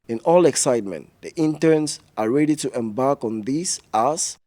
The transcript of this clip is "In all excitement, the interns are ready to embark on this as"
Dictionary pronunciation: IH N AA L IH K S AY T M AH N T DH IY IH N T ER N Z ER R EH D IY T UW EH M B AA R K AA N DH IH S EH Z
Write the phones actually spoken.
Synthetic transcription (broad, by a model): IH N AA L IH K S AY T M AH N T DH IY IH N T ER N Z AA R EH D IY T UW EH M B AA R K AA N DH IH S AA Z